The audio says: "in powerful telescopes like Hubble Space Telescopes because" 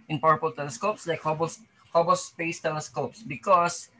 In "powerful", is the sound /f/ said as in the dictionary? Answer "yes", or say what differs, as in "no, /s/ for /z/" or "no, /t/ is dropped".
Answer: no, /p/ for /f/